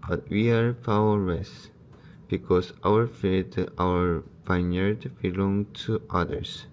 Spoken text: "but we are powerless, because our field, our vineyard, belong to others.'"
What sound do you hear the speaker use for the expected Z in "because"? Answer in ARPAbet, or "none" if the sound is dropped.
S